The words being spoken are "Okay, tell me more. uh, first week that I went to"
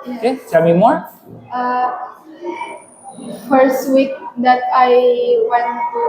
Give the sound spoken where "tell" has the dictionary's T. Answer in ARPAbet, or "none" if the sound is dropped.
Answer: S